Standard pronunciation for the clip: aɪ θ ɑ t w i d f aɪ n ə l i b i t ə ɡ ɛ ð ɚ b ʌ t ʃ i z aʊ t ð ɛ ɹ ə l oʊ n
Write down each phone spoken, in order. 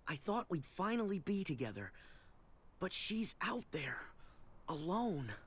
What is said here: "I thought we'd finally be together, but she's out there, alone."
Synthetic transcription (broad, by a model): aɪ θ ɑ t w i d f aɪ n l i b i t ə ɡ ɛ ð ɚ b ʌ t ʃ i z aʊ t ð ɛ ɹ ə l oʊ n